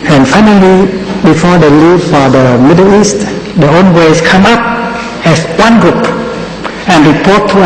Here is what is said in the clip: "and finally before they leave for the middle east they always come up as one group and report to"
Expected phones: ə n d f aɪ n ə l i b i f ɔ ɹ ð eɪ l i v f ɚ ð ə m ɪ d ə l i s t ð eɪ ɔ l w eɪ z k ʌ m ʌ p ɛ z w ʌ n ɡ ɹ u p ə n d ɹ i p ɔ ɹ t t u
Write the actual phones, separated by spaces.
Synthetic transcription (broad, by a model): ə n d f aɪ n ə l i b i f ɔ ɹ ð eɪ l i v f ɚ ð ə m ɪ d ə l i s t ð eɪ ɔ n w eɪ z k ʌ m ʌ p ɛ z w ʌ n ɡ ɹ u p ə n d ɹ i p ɔ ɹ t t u